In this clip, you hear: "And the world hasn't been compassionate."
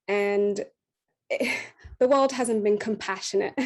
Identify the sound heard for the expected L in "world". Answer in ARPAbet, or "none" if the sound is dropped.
L